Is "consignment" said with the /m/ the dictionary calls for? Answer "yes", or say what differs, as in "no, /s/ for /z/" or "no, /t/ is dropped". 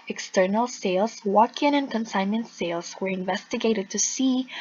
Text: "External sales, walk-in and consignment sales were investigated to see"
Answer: no, /m/ is dropped